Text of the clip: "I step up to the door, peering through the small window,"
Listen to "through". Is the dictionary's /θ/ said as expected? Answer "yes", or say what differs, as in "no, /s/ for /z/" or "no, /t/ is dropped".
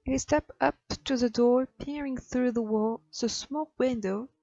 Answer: yes